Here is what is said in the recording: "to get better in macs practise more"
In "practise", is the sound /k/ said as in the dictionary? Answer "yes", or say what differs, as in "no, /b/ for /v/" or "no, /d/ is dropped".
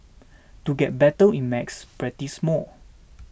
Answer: no, /k/ is dropped